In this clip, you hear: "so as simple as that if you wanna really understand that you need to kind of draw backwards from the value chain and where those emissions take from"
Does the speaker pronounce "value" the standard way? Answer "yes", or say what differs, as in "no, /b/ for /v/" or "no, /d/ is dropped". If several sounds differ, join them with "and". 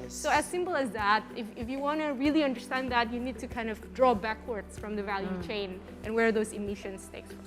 yes